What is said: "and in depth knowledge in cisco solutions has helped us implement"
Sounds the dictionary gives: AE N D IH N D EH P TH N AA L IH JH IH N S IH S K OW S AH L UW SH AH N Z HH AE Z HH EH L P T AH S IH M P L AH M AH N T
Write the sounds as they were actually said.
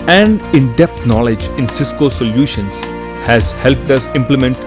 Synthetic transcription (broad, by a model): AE N D IH N D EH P T N AA L IH JH IH N S IH S K OW S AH L UW SH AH N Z HH AE Z HH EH L P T AH S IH M P L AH M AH N T